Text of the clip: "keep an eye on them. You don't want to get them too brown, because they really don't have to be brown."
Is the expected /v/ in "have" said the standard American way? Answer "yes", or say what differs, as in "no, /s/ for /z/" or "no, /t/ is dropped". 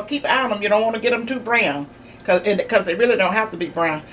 no, /f/ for /v/